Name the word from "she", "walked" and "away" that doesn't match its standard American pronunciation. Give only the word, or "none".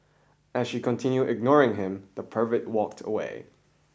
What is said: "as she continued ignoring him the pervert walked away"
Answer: none